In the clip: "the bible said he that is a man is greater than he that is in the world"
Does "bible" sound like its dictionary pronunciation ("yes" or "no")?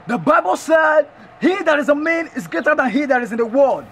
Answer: yes